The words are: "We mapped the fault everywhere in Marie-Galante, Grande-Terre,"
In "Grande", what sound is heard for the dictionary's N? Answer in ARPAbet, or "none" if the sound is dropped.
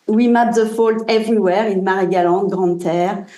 none